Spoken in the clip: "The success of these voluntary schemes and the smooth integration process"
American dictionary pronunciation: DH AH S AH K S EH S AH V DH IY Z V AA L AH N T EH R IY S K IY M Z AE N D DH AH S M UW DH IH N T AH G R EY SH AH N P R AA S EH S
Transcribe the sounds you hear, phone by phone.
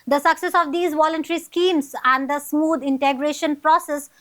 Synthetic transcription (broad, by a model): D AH S AH K S EH S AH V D IY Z V AA L AH N T EH R IY S K IY M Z AE N D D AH S M UW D IH N T AH G R EY SH AH N P R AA S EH S